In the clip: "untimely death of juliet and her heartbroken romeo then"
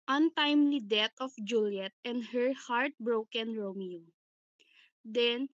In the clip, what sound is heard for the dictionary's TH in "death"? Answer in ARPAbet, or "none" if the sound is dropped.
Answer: T